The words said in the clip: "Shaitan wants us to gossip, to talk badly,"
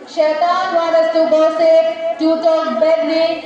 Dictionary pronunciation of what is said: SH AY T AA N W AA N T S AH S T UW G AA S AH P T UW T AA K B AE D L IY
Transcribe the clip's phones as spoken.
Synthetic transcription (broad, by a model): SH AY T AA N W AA T AH S T UW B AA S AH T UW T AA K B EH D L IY